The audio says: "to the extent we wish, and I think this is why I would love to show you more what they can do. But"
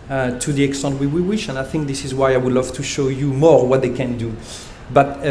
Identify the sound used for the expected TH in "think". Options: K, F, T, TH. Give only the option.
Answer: TH